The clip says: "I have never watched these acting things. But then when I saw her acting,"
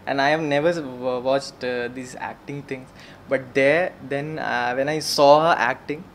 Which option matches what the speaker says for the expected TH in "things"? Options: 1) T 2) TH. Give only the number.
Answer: 1